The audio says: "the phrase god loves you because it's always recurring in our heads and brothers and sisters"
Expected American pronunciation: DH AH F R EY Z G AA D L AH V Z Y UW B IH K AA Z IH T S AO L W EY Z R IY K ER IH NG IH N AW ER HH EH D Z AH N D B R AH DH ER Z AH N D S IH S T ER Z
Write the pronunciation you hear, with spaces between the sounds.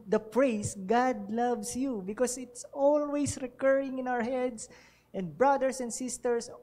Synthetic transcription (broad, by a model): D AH P R EY S G AA D L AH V S Y UW B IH K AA S IH T S AO L W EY S R IY K ER IH NG IH N AW ER HH EH D S AH N D B R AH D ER S AH N D S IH S T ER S